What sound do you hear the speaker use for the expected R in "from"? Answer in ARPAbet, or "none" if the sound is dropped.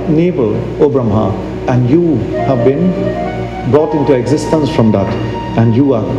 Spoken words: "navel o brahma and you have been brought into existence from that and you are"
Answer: R